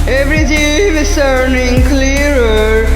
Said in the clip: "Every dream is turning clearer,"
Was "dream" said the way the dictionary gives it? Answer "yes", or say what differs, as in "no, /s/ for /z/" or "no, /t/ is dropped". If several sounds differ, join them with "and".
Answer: no, /ɹ/ is dropped